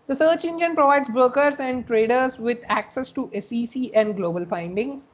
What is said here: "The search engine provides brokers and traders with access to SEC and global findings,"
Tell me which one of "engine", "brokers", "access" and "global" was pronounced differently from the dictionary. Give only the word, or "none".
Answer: brokers